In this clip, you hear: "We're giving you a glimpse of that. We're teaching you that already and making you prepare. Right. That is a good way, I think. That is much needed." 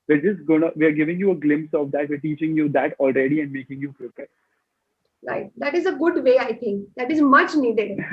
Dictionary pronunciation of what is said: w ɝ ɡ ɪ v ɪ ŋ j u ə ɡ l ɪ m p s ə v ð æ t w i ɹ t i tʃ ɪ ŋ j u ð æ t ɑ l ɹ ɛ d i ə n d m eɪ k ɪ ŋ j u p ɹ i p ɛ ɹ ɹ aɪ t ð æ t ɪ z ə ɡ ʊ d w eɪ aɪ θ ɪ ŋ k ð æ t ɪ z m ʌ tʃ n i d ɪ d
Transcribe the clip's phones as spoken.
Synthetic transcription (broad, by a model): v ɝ ɡ ɪ v ɪ ŋ j u ə ɡ l ɪ m p s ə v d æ t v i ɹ t i tʃ ɪ ŋ j u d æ t ɑ l ɹ ɛ d i ə n d m eɪ k ɪ ŋ j u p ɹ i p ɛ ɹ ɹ aɪ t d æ t ɪ z ə ɡ ʊ d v eɪ aɪ t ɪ ŋ k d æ t ɪ z m ʌ tʃ n i d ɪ d